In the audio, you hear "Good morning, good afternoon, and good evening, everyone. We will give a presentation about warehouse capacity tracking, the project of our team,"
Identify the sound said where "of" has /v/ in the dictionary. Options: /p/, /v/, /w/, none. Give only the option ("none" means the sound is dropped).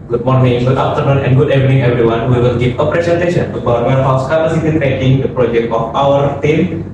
/p/